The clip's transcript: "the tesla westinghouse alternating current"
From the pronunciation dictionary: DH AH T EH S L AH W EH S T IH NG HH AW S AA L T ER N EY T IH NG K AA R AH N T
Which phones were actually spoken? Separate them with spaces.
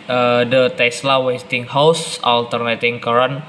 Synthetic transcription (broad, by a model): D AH T EH S L AH W EH S T IH NG HH AW S AA L T ER N EY T IH NG K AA R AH N